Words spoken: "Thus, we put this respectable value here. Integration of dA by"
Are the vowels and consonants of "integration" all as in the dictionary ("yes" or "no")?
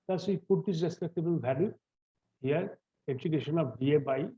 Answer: no